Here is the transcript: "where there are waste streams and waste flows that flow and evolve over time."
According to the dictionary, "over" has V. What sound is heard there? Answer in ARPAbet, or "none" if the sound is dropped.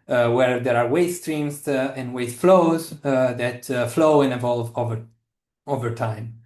V